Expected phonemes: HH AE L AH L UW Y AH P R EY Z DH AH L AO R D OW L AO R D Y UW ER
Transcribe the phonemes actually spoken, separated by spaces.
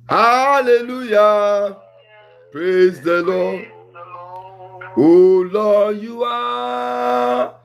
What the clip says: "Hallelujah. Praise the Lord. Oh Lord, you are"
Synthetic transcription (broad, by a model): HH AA L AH L UW Y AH P R EY Z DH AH L AO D OW L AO Y UW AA